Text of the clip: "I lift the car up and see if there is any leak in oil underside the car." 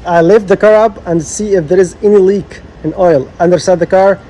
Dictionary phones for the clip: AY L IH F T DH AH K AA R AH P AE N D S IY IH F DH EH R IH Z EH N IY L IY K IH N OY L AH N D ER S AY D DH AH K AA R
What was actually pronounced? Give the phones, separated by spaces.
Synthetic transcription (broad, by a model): AY L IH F DH AH K AA R AH P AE N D S IY IH F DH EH R IH Z EH N IY L IY K IH N OY L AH N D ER S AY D DH AH K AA R